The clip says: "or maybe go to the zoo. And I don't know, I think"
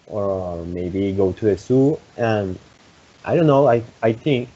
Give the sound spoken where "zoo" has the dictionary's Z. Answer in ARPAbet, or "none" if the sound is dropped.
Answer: S